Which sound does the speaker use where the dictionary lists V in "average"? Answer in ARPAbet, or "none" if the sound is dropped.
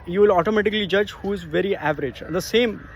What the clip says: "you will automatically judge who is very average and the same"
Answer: V